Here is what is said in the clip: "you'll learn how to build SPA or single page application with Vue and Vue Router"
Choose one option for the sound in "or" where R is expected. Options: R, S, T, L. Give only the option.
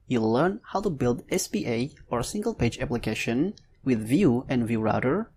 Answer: R